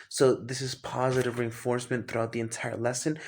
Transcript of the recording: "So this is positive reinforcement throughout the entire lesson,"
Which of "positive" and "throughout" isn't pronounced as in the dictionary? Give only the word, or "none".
none